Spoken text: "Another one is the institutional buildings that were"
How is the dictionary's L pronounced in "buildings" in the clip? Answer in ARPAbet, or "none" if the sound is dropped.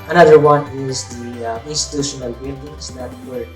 N